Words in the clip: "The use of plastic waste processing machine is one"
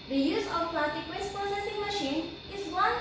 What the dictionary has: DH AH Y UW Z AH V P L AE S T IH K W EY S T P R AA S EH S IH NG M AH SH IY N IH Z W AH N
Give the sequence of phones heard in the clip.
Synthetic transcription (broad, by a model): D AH Y UW Z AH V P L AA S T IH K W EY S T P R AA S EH S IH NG M AH SH IY N IH Z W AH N